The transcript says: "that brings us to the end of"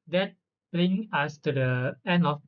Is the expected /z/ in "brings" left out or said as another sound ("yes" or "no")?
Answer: yes